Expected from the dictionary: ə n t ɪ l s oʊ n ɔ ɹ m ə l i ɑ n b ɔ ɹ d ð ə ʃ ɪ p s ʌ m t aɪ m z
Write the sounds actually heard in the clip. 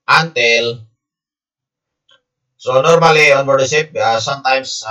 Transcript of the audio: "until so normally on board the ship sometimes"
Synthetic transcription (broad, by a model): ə n t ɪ l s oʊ n ɔ ɹ m ə l i ɑ n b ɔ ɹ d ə s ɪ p s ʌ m t aɪ m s